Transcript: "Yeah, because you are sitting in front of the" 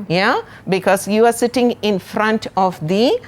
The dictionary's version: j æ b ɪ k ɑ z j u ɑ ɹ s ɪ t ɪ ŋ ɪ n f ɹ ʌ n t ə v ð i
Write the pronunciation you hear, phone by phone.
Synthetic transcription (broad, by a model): j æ b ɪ k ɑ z j u ɑ ɹ s ɪ t ɪ ŋ ɪ n f ɹ ʌ n t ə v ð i